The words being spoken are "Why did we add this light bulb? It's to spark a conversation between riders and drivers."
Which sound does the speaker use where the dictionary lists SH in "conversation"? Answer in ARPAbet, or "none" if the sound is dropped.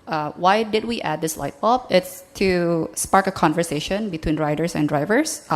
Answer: SH